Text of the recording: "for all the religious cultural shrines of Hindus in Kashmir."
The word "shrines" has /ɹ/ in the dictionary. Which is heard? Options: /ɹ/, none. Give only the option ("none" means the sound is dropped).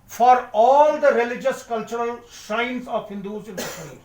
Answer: none